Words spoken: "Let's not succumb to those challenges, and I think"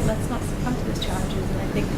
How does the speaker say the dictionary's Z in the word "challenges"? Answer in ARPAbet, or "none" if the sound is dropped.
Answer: Z